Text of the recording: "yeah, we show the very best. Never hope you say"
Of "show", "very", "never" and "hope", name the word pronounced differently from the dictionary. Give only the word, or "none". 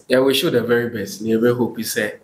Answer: never